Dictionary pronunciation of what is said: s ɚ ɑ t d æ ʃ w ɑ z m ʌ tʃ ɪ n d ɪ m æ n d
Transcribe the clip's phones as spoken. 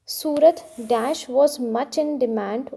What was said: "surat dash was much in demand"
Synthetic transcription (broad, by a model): s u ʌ t d æ ʃ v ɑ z m ʌ tʃ ɪ n d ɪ m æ n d